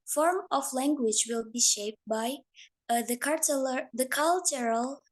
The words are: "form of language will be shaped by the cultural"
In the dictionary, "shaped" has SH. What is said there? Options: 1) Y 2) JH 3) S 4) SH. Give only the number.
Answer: 4